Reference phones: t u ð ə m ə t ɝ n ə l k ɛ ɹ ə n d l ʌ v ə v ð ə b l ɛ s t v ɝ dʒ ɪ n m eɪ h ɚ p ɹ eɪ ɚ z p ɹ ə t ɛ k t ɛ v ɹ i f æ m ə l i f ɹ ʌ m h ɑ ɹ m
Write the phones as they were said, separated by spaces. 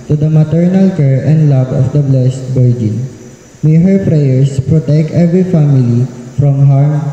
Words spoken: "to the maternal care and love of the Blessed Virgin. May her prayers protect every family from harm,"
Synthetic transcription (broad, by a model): t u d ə m ə t ɝ n ə l k ɛ ɹ ə n d l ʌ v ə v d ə b l ɛ s t b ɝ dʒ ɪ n m eɪ h ɚ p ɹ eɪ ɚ s p ɹ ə t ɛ k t ɛ v ɹ i f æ m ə l i f ɹ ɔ m h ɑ ɹ m